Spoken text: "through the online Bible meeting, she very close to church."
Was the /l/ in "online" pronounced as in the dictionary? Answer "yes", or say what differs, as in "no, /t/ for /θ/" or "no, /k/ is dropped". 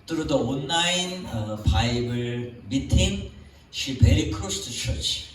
no, /l/ is dropped